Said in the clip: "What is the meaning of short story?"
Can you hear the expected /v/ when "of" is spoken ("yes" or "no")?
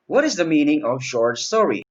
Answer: yes